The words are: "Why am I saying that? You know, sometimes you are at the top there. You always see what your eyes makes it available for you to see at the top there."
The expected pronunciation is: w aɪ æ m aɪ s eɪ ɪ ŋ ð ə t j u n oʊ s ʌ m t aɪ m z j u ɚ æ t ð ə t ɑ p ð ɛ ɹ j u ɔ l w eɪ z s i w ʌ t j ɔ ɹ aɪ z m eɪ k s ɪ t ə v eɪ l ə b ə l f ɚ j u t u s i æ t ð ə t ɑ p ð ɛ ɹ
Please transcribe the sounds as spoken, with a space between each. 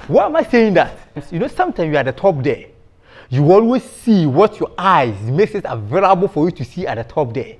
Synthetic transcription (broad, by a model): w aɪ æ m aɪ s eɪ ɪ ŋ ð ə t j u n oʊ s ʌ m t aɪ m j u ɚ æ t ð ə t ɑ p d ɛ j u ɔ l w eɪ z s i w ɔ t j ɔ aɪ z m eɪ k s ɪ t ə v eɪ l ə b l f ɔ j u t u s i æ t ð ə t ɑ p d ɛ